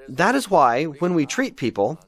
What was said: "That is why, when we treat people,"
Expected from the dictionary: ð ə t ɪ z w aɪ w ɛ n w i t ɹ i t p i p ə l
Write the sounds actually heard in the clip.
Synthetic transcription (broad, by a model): ð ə t ɪ z w aɪ w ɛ n w i t ɹ i t p i p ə l